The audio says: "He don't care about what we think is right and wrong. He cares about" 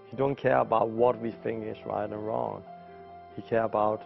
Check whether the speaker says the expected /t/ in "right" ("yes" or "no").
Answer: yes